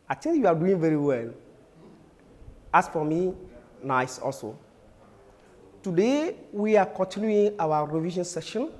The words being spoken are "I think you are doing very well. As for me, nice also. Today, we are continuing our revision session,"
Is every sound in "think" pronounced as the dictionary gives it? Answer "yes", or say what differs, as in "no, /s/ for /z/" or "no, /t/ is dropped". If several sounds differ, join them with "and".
no, /t/ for /θ/